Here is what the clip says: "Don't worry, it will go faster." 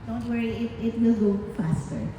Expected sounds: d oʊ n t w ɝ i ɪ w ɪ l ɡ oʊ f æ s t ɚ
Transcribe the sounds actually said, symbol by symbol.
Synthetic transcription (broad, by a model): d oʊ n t w ɝ i ɪ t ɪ n ɡ oʊ f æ s t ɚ